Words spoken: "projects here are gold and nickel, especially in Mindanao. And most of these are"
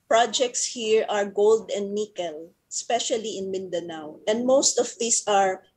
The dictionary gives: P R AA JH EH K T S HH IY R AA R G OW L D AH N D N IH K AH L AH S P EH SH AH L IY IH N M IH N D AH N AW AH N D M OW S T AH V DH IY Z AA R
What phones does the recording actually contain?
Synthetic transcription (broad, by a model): P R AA JH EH K T S HH IY R AA R G OW L D AH N D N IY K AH L AH S P EH SH AH L IY IH N M IH N D AH N AW AH N D M OW S T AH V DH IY S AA R